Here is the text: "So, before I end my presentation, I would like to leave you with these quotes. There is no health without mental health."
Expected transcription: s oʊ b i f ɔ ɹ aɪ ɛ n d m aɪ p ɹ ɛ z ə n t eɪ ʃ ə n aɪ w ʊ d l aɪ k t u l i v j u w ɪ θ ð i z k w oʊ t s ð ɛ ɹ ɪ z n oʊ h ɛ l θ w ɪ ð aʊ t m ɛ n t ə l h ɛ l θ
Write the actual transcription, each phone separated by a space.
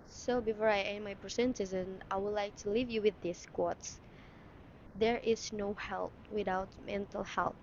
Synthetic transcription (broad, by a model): s oʊ b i f ɔ ɹ aɪ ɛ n m aɪ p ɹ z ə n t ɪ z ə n aɪ w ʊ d l aɪ k t u l i v j u w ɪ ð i s k w oʊ t s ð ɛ ɹ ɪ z n oʊ h ɛ l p w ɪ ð aʊ t m ɛ n t ə l h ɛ l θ